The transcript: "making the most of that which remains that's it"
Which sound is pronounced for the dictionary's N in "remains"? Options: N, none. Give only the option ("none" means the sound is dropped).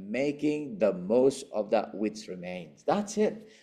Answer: N